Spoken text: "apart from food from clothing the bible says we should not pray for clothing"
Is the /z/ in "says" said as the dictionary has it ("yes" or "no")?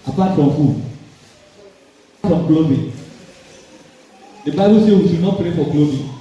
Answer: no